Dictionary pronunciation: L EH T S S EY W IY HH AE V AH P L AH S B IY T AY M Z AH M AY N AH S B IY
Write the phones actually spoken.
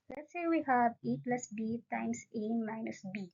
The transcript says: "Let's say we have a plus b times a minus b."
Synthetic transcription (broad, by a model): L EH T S S EY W IY HH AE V AH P L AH S B IY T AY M S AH M AY N AH S B IY